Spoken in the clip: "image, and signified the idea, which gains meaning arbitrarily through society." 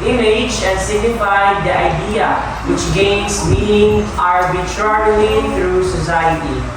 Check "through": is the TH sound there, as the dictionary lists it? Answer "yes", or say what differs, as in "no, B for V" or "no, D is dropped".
no, T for TH